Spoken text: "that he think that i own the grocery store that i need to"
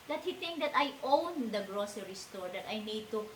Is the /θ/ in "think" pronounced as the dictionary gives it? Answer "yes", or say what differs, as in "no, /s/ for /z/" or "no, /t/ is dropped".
no, /t/ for /θ/